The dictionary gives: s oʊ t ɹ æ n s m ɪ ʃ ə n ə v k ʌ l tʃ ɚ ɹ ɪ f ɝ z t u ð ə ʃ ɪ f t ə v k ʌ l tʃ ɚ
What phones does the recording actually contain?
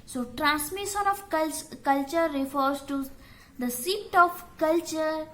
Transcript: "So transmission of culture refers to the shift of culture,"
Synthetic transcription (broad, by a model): s oʊ t ɹ æ n s m ɪ ʃ ə n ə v k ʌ l tʃ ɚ ɹ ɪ f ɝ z t u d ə s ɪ t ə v k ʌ l tʃ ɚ